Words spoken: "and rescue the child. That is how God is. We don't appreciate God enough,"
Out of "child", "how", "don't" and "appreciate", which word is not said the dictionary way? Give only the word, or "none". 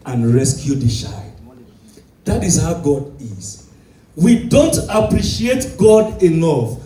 child